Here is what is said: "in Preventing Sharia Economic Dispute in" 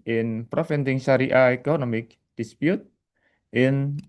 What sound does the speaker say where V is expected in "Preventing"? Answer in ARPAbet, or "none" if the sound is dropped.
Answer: F